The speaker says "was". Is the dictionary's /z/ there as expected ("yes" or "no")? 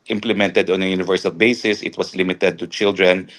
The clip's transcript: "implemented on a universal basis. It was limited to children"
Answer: no